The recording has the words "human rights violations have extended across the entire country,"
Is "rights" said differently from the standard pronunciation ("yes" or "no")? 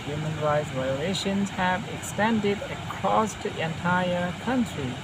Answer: no